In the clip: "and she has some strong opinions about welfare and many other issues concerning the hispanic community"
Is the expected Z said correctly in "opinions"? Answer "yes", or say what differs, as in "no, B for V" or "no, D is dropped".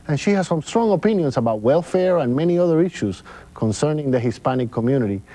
no, S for Z